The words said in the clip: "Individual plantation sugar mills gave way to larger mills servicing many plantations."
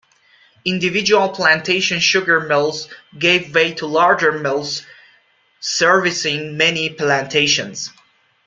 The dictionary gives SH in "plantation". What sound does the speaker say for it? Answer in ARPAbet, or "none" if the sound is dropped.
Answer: SH